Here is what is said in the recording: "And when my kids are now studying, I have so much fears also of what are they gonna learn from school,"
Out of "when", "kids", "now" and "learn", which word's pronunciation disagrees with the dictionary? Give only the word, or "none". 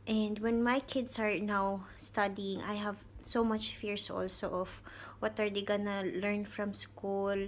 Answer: kids